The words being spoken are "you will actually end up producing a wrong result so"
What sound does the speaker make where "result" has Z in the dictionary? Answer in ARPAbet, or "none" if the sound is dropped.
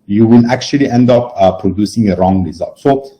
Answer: Z